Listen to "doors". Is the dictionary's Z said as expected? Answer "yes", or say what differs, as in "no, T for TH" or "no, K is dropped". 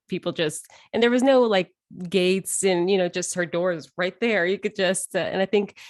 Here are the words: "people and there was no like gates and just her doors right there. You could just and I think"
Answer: yes